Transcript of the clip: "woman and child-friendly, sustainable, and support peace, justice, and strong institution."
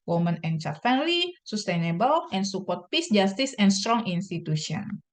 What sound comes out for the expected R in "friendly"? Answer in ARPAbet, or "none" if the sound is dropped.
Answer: none